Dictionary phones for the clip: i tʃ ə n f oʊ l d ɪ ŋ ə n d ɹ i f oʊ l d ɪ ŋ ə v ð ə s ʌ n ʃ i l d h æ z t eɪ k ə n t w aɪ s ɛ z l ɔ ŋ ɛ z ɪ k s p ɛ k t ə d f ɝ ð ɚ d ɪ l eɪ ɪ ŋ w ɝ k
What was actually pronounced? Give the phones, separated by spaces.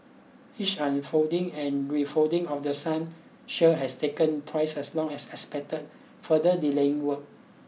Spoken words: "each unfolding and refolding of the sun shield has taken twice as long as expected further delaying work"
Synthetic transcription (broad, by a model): i tʃ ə n f oʊ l d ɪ ŋ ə n ɹ i f oʊ d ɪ ŋ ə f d ə s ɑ n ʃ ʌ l h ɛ s t eɪ k ə n t w aɪ s ɛ s l ɔ ŋ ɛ s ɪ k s p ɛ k t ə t f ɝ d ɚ d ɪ l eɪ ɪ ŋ w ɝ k